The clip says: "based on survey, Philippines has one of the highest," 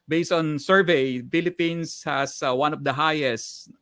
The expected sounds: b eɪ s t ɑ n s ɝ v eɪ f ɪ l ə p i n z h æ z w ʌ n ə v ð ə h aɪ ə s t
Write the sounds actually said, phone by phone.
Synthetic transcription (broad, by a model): b eɪ s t ɑ n s ɝ v eɪ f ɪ l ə p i n s h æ s w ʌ n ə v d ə h aɪ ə s t